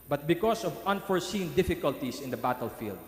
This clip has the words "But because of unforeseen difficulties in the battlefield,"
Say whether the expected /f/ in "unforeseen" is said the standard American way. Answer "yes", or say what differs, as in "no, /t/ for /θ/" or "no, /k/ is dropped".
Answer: yes